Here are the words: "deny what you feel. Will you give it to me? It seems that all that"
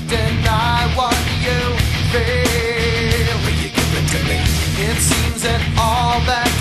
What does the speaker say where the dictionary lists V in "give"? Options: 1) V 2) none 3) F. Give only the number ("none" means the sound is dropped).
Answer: 2